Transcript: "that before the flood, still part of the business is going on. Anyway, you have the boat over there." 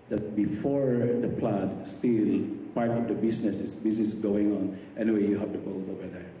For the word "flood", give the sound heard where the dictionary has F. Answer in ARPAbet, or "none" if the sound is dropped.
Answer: P